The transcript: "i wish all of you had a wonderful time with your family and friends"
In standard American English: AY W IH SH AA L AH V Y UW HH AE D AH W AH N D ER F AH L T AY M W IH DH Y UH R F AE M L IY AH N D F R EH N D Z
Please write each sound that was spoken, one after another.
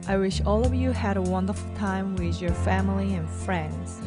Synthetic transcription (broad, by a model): AY W IH SH AA L AH V Y UW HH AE D AH W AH N D ER F L T AY M W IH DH Y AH R F AE M L IY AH N F R EH N D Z